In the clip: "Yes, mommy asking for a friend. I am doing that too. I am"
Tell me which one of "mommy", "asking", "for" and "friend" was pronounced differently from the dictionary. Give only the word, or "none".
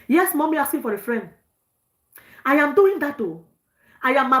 asking